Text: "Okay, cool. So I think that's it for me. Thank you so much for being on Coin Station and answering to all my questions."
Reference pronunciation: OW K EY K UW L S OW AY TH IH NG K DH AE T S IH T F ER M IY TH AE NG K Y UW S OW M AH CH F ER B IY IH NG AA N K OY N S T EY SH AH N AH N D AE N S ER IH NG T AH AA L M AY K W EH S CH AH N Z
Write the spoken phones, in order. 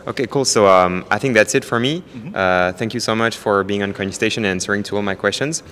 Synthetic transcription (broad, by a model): OW K EY K UW L S OW AY TH IH NG K DH AE T S IH T F ER M IY TH AE NG K Y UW S OW M AH CH F ER B IY IH NG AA N K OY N S T EY SH AH N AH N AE N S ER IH NG T AH AA L M AY K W EH S CH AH N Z